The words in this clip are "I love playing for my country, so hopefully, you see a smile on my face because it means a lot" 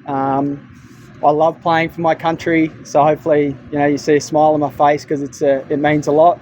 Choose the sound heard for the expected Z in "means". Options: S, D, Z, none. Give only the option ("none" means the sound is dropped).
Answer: Z